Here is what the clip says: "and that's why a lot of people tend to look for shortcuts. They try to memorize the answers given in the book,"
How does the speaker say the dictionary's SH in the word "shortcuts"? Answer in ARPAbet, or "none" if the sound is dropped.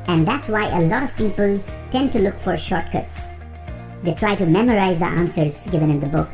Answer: SH